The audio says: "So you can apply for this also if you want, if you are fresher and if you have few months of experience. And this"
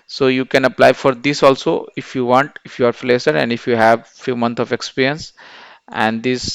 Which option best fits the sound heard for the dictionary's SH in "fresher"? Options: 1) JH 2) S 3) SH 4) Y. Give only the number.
2